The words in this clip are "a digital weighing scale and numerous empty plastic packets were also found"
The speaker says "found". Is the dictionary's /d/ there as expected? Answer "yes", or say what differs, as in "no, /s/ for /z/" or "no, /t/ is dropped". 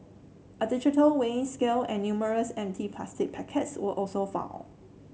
no, /d/ is dropped